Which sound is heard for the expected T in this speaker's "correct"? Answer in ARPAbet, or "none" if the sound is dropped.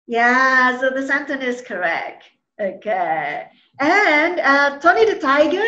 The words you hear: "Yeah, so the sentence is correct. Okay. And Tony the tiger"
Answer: T